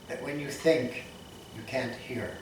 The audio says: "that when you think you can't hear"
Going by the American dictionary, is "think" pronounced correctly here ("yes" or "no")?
yes